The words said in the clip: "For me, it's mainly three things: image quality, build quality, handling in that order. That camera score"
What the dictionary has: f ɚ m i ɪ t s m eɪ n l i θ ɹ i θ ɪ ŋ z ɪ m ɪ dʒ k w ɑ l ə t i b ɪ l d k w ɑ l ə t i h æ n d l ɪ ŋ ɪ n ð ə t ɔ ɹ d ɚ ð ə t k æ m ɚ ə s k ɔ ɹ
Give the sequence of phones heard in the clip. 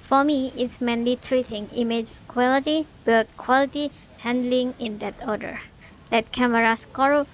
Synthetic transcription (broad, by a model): f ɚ m i ɪ t s m eɪ n l i t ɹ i t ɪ ŋ ɪ m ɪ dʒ k w ɑ l ə t i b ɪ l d k w ɑ l ə t i h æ n d l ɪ ŋ ɪ n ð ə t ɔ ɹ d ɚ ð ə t k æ m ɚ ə s k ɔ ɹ